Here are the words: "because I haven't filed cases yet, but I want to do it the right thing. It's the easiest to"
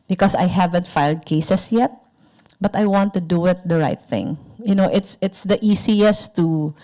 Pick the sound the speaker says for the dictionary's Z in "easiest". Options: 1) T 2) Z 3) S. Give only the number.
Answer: 3